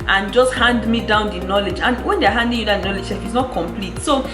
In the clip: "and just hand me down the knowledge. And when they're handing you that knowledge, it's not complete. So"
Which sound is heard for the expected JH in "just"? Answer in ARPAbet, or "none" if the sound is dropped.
JH